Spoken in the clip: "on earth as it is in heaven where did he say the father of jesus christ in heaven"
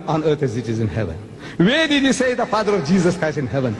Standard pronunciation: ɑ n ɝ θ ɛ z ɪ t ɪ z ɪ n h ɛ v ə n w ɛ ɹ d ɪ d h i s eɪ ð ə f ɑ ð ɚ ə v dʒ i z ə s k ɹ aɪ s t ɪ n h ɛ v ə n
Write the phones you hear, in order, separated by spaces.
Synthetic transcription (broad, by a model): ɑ n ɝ t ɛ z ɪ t ɪ z ɪ n h ɛ v ə n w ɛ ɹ d ɪ d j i s eɪ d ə f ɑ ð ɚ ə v dʒ i z ə s k ɹ aɪ s t ɪ n h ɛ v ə n